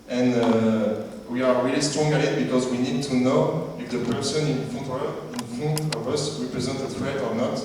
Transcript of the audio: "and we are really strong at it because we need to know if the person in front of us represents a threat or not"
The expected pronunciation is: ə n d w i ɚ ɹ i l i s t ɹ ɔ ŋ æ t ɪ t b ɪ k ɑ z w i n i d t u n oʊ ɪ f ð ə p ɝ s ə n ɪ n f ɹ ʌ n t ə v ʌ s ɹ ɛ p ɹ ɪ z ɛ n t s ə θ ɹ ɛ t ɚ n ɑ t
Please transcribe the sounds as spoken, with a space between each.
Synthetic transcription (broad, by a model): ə n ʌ w i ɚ ɹ i l i s t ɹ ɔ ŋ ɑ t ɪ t b ɪ k ɑ z w i n i d t u n oʊ ɪ f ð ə p ɝ s ə n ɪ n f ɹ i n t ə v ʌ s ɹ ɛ p ɹ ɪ z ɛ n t ə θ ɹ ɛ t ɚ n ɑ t